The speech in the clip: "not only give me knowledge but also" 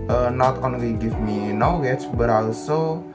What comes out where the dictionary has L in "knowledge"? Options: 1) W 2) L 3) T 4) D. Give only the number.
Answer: 1